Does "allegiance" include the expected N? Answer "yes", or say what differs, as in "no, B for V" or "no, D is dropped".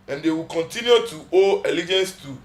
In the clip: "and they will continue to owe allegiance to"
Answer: yes